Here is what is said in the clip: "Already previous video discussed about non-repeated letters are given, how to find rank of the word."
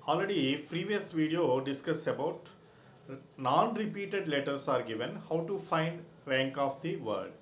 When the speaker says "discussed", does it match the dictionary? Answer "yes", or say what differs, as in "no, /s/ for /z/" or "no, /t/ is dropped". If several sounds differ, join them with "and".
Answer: no, /t/ is dropped